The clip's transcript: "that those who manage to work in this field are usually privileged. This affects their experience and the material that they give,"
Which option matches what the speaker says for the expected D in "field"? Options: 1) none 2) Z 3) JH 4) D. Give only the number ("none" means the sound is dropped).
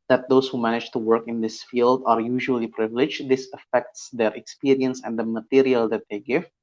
4